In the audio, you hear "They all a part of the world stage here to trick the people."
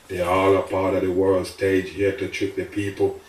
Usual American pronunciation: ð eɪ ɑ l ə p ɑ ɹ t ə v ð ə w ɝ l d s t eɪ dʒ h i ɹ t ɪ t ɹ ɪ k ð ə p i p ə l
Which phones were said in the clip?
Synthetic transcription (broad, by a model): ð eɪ ɑ l ə p ɑ ɹ t ə v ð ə w ɝ l d s t eɪ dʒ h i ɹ t ɪ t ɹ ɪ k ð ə p i p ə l